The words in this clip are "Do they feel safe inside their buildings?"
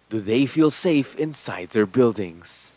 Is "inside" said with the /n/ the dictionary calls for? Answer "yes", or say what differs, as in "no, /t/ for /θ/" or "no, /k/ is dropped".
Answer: yes